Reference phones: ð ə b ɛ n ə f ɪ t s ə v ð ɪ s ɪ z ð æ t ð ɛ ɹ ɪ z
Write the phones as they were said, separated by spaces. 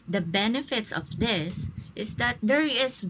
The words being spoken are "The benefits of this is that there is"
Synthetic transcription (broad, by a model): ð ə b ɛ n ə f ɪ t s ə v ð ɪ s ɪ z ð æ t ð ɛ ɹ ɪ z